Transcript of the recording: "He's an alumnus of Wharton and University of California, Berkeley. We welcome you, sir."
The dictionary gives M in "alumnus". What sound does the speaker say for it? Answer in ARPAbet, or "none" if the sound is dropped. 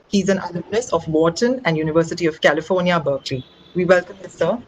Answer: none